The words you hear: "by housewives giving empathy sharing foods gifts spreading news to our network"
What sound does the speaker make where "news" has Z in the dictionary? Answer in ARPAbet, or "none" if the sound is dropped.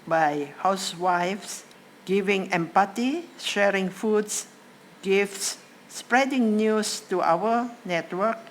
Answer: S